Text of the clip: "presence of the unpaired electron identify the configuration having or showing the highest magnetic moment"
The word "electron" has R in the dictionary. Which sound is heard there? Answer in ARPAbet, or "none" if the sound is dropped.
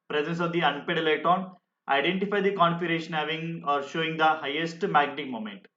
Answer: none